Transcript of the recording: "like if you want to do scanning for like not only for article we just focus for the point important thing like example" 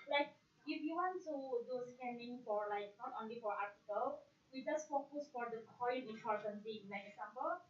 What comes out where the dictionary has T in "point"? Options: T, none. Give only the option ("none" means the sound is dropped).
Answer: none